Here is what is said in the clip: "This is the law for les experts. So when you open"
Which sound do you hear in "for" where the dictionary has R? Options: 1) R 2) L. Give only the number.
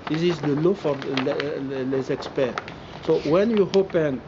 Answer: 2